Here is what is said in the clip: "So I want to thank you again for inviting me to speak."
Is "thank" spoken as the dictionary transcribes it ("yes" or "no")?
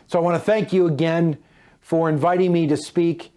yes